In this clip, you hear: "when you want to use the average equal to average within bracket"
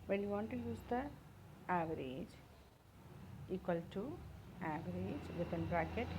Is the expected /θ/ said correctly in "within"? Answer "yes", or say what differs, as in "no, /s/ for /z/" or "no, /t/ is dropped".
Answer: no, /t/ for /θ/